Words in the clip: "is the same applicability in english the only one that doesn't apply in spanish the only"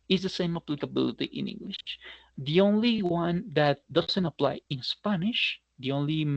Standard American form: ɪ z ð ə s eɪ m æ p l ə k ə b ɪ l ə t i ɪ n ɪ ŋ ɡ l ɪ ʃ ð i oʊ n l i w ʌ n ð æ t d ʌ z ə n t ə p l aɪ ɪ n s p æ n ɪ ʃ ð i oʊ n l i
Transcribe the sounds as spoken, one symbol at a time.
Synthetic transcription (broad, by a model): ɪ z ð ə s eɪ m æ p l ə k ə b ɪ l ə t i ɪ n ɪ ŋ ɡ l ɪ ʃ ð i oʊ n l i w ʌ n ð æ t d ʌ z ə n t ə p l aɪ ɪ n s p æ n ɪ ʃ ð i oʊ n l i